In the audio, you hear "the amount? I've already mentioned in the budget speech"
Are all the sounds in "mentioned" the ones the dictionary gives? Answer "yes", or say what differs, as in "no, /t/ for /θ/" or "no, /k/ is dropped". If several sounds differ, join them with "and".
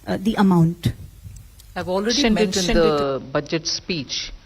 no, /ʃ/ is dropped